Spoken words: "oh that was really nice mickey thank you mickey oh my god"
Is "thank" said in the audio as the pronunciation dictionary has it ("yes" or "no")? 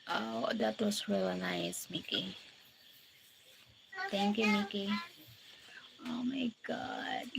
no